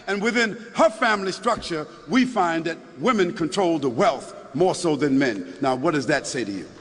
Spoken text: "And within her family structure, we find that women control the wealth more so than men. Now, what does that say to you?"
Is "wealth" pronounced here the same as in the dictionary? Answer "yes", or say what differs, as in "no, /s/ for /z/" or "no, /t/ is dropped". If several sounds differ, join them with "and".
yes